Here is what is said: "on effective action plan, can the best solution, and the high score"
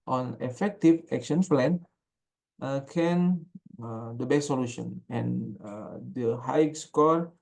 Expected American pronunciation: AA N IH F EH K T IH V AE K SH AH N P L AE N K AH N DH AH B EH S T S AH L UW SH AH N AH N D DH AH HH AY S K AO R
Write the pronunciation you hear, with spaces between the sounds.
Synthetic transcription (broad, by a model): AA N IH F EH K T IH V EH K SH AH N F L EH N K AH N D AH B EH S S AH L UW SH AH N AH N D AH HH AY S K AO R